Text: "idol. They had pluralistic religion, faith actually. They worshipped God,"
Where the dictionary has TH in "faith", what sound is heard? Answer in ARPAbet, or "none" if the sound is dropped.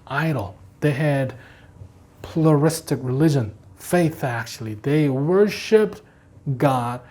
TH